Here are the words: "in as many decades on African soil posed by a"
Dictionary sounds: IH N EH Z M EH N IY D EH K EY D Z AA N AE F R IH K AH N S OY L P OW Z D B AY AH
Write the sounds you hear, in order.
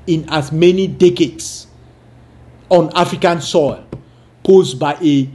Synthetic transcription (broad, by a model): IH N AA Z M EH N IY D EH K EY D S AA N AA F R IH K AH N S OY L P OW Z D B AY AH